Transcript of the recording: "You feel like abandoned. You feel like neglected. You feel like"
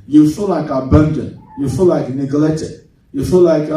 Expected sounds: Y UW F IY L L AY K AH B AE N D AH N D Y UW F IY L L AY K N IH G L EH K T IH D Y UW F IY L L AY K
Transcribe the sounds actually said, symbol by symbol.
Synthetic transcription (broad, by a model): Y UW F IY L L AY K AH B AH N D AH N Y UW F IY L L AY K N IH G L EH T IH Y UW F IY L L AY K